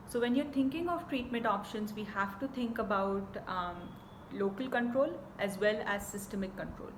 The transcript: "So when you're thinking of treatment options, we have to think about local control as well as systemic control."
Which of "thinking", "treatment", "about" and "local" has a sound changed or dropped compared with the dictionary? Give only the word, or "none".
thinking